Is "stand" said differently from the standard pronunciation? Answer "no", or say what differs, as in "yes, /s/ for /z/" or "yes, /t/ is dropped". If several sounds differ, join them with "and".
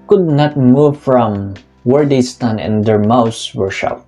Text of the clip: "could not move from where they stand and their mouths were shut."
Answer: yes, /d/ is dropped